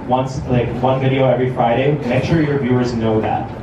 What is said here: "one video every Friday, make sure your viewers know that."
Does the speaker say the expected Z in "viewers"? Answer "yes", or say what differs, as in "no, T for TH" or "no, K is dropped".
yes